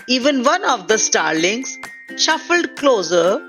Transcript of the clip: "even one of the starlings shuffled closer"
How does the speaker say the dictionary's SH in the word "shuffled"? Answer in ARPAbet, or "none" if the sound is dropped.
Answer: SH